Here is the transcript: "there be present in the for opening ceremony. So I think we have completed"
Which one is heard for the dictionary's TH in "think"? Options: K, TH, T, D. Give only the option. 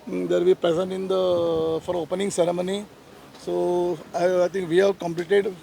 T